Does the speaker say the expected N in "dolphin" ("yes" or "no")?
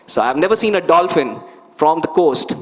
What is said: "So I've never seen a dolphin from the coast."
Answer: yes